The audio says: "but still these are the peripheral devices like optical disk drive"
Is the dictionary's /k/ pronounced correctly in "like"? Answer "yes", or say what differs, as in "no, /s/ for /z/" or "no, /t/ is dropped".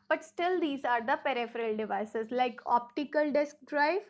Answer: yes